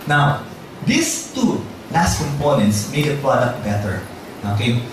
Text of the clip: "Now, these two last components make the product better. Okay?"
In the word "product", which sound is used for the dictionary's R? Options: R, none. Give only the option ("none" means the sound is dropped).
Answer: R